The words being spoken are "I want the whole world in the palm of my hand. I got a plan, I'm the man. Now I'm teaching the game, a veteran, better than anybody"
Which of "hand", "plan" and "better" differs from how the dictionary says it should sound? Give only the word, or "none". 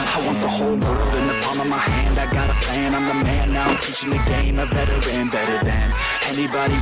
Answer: plan